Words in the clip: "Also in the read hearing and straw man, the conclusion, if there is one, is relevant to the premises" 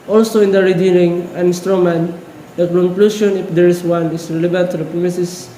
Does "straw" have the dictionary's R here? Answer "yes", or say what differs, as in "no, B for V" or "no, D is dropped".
yes